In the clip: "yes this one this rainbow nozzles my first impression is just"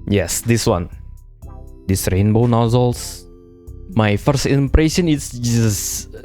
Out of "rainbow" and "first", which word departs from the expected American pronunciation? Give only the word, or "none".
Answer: none